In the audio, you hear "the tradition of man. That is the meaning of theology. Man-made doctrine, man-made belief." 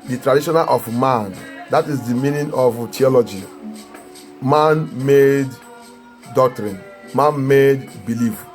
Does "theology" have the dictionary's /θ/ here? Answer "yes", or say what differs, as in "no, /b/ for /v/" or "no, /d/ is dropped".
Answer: no, /t/ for /θ/